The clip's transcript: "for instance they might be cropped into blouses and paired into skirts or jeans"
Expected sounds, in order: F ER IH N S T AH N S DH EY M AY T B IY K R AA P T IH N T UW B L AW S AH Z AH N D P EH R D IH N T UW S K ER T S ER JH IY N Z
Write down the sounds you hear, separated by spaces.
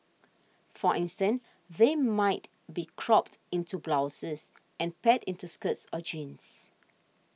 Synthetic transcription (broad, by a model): F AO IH N S T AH N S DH EY M AY T B IY K R AA P T IH N T UW B L AW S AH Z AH N P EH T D IH N T UW S K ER T S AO JH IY N S